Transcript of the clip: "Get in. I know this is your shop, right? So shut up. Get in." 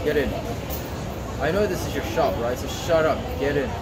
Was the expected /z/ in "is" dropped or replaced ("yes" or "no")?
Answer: no